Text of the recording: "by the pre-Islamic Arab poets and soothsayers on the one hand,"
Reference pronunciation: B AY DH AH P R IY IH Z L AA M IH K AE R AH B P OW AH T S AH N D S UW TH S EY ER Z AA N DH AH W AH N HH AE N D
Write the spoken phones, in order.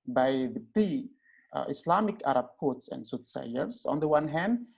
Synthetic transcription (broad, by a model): B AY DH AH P IY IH S L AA M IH K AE R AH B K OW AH T S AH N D S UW T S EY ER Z AA N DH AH W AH N HH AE N D